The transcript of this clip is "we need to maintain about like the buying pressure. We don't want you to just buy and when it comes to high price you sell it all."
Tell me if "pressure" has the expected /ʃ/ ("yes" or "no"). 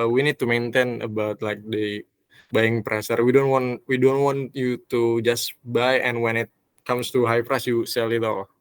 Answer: no